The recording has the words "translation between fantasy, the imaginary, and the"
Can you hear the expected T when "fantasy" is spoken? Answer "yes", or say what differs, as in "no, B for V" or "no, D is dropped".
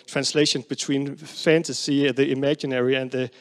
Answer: yes